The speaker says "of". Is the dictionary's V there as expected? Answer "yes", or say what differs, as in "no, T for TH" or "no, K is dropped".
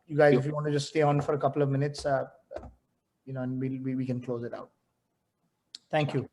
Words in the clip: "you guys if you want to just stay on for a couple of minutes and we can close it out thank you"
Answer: yes